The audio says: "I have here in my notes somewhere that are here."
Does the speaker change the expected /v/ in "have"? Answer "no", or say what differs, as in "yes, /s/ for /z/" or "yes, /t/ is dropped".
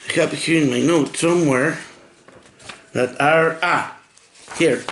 yes, /p/ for /v/